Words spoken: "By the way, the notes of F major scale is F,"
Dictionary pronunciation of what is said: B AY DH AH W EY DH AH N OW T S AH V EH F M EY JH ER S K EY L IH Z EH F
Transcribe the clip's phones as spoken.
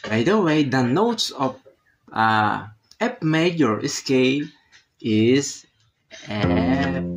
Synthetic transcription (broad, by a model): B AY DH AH W EY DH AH N OW T S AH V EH P M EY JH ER S K EY L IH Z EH